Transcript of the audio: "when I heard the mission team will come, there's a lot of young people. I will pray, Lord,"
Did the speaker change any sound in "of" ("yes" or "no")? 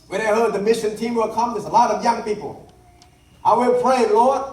no